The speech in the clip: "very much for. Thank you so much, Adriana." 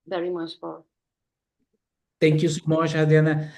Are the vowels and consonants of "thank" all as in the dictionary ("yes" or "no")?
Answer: no